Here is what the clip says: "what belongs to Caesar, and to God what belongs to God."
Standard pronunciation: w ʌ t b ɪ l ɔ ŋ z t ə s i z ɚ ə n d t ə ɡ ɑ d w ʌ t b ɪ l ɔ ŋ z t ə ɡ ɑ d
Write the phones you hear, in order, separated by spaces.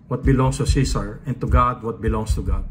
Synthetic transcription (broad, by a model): w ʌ t b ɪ l ɔ ŋ s t ə s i s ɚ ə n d t ə ɡ ɑ d w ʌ t b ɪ l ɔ ŋ s t ə ɡ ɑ d